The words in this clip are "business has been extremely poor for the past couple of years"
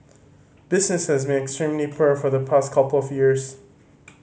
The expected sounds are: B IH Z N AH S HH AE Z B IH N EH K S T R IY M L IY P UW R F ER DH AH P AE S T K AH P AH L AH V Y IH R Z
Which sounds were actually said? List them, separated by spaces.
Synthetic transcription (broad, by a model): B IH Z N AH S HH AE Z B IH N EH K S T R IY M L IY P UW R F ER DH AH P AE S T K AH P L AH V Y IH R Z